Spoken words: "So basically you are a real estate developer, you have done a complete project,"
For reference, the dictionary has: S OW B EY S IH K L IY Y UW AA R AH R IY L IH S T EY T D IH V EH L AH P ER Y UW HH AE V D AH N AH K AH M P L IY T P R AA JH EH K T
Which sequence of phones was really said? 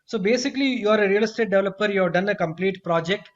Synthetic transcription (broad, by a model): S OW B EY S IH K L IY Y UW AA R AH R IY L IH S T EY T D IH V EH L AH P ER Y UW HH AE V D AH N AH K AH M P L IY T P R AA JH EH K T